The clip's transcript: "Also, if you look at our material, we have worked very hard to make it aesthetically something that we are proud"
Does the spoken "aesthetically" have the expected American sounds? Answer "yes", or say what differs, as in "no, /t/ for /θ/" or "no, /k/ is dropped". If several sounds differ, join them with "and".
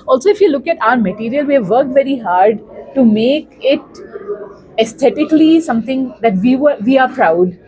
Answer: no, /t/ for /θ/